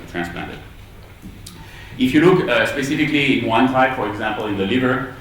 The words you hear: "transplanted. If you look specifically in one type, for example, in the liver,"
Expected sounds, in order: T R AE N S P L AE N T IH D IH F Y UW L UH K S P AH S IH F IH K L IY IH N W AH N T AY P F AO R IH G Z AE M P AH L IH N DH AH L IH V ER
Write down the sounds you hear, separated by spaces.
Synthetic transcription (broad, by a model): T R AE N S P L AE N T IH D IH F Y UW L UH K S P AH S IH F IH K L IY IH N W AH N T AY P F AO R IH G Z AE M P AH L IH N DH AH L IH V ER